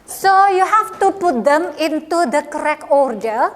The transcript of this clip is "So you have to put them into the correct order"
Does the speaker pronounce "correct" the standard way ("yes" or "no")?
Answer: no